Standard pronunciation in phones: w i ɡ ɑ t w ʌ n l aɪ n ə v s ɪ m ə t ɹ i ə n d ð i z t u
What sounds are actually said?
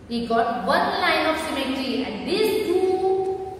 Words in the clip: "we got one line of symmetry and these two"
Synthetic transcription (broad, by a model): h i ɡ ɑ t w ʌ n l aɪ n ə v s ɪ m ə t i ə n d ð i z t u